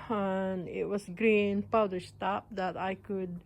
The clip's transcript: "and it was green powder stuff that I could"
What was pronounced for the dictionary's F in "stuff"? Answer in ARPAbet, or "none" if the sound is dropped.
P